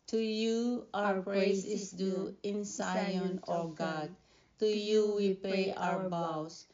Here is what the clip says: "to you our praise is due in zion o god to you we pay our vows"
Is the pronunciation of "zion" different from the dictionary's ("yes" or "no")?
yes